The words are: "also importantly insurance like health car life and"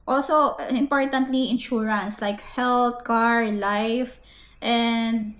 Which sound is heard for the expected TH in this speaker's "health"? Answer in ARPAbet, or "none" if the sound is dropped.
T